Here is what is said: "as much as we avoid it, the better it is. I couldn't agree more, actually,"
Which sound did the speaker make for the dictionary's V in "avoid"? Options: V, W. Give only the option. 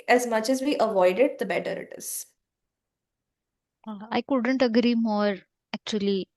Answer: V